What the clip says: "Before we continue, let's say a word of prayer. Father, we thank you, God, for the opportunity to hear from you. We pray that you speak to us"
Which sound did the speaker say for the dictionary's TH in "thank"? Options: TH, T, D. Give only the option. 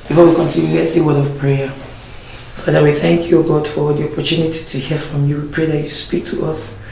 TH